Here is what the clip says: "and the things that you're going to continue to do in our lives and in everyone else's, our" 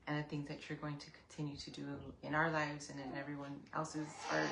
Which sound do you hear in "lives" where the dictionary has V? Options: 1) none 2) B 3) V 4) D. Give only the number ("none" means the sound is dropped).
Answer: 3